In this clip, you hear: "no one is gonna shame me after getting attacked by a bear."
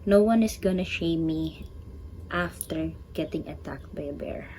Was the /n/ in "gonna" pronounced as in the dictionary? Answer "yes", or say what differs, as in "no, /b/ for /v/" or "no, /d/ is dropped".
yes